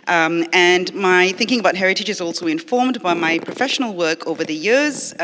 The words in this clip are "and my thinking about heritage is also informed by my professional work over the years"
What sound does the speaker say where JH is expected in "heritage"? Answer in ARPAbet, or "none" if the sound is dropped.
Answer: JH